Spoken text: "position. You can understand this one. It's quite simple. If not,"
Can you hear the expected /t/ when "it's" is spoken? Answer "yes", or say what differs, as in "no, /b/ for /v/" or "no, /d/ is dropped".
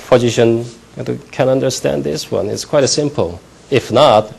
yes